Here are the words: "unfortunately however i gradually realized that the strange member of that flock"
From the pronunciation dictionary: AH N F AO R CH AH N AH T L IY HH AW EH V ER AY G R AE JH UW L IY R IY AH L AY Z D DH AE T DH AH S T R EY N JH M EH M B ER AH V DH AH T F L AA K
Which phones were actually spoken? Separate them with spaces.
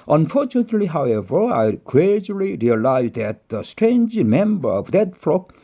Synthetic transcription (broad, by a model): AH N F AO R CH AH N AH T L IY HH AW EH V ER AY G R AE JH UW L IY R IY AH L AY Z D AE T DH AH S T R EY N JH M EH M B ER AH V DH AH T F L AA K